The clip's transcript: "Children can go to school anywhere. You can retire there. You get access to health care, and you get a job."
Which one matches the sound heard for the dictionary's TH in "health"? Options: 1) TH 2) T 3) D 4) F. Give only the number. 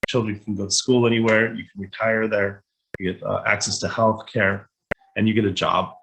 1